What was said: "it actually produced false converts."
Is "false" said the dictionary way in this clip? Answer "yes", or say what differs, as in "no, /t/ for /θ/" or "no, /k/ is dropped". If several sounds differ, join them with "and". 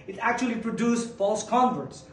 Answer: yes